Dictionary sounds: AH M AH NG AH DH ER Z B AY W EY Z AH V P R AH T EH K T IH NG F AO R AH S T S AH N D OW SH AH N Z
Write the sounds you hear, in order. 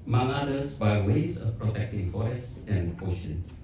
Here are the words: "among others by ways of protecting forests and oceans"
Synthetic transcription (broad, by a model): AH M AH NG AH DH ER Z B AY W EY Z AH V P R AH T EH K T IH NG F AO AH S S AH N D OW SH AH N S